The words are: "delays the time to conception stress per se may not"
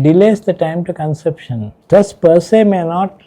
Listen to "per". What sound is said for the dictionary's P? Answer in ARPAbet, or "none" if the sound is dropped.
P